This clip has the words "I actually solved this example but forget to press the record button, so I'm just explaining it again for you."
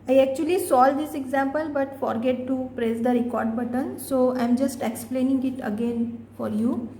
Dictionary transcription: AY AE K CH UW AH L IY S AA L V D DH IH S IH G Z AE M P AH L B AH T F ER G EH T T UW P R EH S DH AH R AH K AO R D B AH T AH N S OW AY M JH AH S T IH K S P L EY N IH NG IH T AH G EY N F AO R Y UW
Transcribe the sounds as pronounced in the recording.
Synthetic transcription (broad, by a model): AY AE K CH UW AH L IY S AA L D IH S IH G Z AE M P AH L B AH T F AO G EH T T UW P R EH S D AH R AH K AO R D B AH T AH N S OW AY M JH AH S T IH K S P L EY N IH NG IH T AH G EY N F AO R Y UW